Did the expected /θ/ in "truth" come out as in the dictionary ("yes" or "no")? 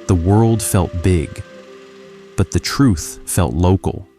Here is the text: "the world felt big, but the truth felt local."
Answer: yes